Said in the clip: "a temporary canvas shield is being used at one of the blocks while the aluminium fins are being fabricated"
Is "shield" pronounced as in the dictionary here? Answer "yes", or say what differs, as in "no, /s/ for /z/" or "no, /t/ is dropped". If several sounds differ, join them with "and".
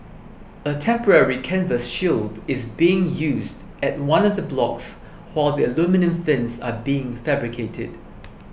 yes